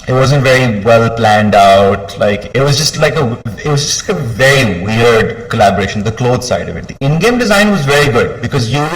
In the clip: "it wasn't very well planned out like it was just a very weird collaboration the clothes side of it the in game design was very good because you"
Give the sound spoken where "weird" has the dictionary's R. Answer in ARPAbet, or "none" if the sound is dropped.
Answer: R